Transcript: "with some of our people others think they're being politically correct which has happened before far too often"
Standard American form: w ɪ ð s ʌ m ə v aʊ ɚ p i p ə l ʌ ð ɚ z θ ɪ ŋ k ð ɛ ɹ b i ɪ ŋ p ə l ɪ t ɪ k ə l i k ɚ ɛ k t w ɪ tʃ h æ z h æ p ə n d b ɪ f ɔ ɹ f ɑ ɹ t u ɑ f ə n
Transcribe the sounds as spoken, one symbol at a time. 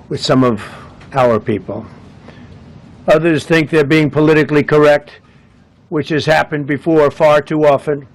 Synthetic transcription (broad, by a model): w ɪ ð s ʌ m ə v aʊ ɚ p i p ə l ʌ ð ɚ z θ ɪ ŋ k ð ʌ ɹ b i ɪ ŋ p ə l ɪ t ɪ k l i k ɚ ɛ k t w ɪ tʃ h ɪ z h æ p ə n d b ɪ f ɔ ɹ f ɑ ɹ t u ɑ f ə n